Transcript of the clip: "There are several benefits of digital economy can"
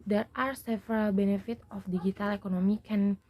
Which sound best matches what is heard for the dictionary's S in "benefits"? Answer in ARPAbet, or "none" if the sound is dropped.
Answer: none